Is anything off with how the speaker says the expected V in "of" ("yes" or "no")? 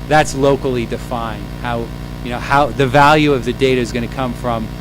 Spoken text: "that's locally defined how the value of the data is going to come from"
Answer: no